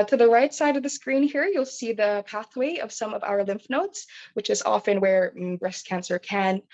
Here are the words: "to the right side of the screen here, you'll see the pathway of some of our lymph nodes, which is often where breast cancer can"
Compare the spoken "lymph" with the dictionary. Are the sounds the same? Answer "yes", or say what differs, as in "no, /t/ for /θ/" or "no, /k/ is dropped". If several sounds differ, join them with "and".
yes